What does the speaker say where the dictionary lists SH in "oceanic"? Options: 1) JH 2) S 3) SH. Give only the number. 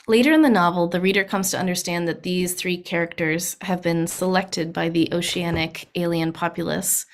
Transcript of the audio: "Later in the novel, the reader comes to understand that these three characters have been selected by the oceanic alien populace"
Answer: 3